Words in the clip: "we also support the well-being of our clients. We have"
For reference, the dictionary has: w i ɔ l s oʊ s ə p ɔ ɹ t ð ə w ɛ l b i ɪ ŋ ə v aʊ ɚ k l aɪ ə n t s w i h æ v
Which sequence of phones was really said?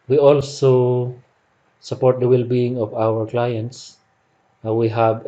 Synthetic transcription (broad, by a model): w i ɔ l s oʊ s ə p ɔ ɹ t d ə w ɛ l b i ɪ ŋ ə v aʊ ɚ k l aɪ ə n t s w i h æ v